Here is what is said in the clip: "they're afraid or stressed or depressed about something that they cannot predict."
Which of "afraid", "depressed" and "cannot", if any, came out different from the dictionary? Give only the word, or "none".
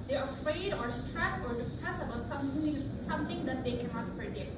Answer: depressed